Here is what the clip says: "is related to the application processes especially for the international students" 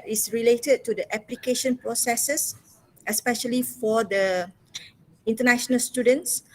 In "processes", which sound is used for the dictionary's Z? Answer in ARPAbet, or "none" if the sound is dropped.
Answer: S